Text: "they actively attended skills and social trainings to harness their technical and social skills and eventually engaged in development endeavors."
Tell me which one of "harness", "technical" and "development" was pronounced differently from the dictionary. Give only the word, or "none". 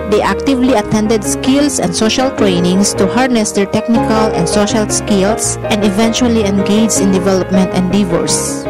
none